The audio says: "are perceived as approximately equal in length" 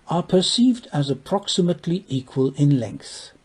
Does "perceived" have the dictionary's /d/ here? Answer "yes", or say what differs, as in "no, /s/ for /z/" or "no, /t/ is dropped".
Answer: yes